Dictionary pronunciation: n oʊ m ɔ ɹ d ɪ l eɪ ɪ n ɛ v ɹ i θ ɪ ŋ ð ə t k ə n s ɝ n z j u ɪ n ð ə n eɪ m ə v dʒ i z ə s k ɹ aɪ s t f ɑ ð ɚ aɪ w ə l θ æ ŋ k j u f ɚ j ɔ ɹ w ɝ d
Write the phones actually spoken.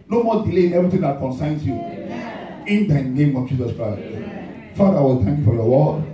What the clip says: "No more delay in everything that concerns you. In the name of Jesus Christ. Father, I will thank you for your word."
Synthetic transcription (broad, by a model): n oʊ m ɔ d ɪ l eɪ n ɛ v ɹ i t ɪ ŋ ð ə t k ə n s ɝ n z j u ɪ n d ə n eɪ m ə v dʒ i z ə s k ɹ aɪ s t f ɑ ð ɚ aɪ w ə l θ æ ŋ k j u f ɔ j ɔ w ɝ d